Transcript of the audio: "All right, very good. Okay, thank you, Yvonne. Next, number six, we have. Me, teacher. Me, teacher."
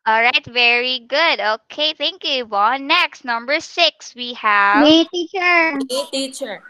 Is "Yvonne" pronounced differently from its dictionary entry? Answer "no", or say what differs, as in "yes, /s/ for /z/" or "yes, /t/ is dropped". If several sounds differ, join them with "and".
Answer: yes, /l/ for /n/